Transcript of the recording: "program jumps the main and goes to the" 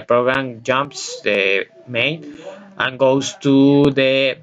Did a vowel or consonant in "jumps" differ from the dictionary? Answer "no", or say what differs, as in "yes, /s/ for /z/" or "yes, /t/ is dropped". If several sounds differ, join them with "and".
no